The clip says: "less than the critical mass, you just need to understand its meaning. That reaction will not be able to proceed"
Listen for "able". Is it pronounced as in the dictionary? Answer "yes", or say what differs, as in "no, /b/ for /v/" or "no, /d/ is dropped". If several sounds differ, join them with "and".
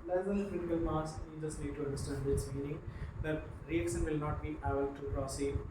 no, /b/ is dropped